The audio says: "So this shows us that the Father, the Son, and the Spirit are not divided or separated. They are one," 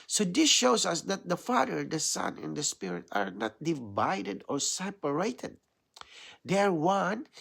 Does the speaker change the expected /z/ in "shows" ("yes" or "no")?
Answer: yes